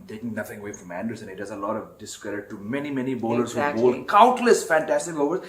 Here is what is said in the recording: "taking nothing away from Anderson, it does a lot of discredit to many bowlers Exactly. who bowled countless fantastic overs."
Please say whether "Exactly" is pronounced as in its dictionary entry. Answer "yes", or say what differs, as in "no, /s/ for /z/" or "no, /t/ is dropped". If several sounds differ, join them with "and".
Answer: no, /k/ is dropped